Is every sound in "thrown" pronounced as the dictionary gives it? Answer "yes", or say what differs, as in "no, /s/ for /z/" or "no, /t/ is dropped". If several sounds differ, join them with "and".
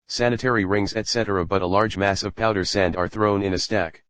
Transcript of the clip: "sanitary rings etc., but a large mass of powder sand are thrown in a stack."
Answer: yes